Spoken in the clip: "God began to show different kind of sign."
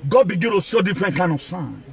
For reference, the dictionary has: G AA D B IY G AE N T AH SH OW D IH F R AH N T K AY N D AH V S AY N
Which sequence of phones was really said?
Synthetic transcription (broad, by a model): G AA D B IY G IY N T AH S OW D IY F R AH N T K AY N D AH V S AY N